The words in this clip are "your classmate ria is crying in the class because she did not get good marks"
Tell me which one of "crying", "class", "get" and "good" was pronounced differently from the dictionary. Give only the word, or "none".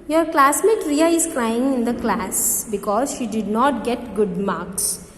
none